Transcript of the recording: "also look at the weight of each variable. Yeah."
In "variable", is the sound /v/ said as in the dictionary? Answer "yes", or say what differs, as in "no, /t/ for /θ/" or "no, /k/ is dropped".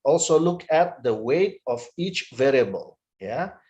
yes